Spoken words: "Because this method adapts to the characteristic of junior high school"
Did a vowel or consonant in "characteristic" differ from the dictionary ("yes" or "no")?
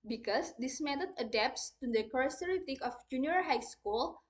yes